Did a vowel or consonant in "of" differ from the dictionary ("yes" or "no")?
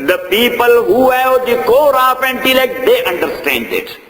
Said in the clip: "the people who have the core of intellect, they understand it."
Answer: yes